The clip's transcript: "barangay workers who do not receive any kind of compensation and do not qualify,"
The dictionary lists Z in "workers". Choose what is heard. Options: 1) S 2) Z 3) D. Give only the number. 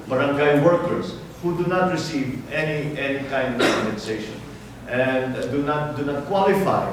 1